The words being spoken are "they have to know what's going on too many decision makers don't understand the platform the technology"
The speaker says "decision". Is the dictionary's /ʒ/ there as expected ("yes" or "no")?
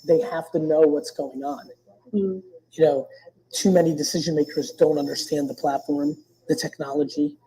yes